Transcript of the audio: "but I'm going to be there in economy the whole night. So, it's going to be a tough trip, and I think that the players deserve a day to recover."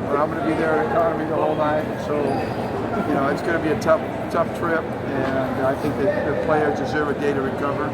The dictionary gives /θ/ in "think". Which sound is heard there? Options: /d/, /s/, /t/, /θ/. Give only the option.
/θ/